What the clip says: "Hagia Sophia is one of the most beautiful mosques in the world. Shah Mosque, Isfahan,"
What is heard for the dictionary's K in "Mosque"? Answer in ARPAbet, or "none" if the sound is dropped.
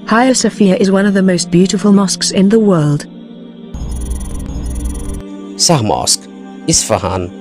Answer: K